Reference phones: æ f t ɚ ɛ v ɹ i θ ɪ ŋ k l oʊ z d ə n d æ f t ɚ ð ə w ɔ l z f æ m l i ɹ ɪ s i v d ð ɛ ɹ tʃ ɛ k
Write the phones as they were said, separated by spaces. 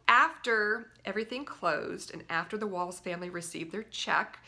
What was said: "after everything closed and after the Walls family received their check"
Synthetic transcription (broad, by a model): æ f t ɚ ɛ v ɹ i θ ɪ ŋ k l oʊ z d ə n æ f t ɚ ð ə w ɔ l z f æ m l i ɹ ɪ s i v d ð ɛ ɹ tʃ ɛ k